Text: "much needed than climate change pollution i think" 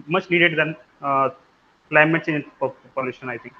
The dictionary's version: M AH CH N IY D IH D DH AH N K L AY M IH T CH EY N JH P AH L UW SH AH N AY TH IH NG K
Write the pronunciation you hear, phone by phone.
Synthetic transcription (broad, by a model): M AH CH N IY D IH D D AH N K L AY M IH T S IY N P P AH L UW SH AH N AY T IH NG K